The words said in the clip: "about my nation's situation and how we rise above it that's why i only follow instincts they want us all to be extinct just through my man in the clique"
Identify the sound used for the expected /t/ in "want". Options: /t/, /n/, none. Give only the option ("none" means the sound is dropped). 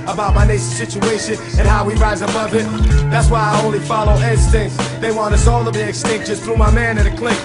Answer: none